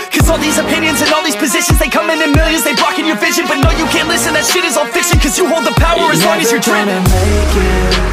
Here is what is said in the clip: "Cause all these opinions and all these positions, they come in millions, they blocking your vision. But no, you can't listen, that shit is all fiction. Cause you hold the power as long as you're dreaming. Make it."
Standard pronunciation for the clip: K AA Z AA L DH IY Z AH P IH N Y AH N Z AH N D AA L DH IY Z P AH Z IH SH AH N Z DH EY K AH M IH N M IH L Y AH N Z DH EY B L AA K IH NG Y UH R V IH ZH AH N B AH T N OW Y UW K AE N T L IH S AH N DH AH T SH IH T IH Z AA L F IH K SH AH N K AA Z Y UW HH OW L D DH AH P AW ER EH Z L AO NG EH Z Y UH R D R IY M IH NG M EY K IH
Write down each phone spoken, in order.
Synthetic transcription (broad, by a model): K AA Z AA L DH IY Z AH P IH N Y AH N Z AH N AA L DH IY Z P AH Z IH SH AH N Z DH EY K AH M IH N M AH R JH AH Z DH EY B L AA K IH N Y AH R V IH ZH AH N B AH T N OW Y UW K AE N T L IH S AH N DH AH T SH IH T IH Z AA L F IH K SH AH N K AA Z Y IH HH OW L D DH AH P AW ER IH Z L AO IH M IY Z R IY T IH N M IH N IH